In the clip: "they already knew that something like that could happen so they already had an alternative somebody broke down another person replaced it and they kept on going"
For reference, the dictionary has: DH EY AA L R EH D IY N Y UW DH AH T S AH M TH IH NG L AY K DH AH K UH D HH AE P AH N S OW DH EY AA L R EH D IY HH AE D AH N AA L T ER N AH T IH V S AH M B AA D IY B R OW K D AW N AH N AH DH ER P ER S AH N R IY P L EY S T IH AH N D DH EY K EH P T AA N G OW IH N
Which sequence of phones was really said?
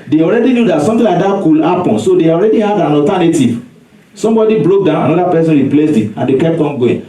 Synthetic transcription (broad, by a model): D EY AA L R EH D IY N Y UW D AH T S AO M T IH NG L AY K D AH K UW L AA P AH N S OW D EY AA L R EH D IY HH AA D AH N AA L T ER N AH T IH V S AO M B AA D IY B L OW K D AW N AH N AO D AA P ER S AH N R IY P L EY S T IH AH N D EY K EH P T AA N G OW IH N